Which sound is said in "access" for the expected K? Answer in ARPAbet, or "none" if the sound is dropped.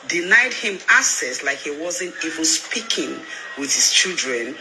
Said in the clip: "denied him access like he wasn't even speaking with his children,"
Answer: none